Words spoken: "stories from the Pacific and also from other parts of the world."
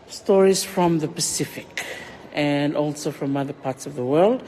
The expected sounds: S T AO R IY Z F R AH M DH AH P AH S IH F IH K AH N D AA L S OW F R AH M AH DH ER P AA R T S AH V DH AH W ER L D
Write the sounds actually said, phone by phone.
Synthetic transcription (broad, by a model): S T AO R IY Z F R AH M DH AH P AH S IH F IH K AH N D AA L S OW F R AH M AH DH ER P AA R T S AH V DH AH W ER L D